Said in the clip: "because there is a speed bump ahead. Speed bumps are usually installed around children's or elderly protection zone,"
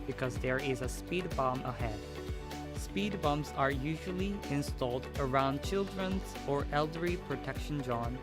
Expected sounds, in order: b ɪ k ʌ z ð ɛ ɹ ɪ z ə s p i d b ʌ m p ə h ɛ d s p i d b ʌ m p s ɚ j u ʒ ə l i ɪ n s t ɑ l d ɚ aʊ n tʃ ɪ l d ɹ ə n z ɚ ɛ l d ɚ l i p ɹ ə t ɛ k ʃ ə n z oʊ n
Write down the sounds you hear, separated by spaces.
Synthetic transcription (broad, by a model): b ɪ k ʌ z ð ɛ ɹ ɪ z ə s p i d b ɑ m ə h ɛ d s p i d b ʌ m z ɚ j u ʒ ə l i ɪ n s t ɑ l d ɚ aʊ n tʃ ɪ l d ɹ ə n z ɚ ɛ l d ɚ i p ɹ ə t ɛ k ʃ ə n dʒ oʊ n